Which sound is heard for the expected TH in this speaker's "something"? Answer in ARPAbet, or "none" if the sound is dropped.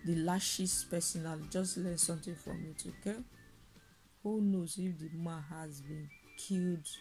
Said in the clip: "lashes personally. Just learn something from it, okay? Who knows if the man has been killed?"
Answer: T